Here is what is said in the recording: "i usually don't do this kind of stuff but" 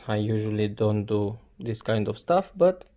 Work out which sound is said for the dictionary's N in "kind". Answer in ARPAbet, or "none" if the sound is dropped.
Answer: N